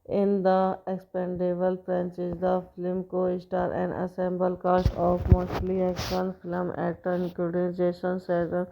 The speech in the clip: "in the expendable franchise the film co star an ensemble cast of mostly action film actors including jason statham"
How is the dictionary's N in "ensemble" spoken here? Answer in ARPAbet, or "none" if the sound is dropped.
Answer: none